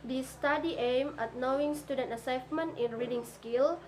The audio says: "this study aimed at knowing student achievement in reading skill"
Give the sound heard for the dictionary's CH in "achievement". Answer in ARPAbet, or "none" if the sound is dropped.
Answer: S